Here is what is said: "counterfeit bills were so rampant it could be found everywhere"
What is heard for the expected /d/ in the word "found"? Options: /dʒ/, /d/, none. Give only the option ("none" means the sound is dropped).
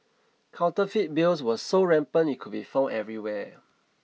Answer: none